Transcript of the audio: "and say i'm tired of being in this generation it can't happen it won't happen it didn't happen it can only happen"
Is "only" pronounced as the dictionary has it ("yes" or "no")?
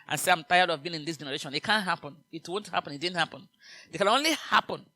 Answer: yes